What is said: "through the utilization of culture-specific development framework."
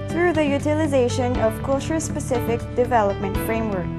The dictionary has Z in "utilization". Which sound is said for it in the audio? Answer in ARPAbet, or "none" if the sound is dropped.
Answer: Z